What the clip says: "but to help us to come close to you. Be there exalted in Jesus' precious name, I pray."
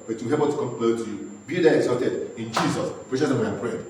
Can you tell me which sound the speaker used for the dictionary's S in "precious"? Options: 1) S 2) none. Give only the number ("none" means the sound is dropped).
2